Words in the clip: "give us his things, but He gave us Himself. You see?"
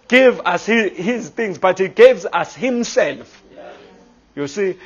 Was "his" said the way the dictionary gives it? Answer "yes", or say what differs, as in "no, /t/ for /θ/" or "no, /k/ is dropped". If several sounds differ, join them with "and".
yes